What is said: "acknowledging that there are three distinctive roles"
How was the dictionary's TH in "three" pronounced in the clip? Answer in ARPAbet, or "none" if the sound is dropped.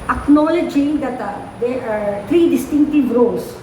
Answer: T